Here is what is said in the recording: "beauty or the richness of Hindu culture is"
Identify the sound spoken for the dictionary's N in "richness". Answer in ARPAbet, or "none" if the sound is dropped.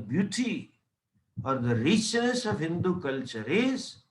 none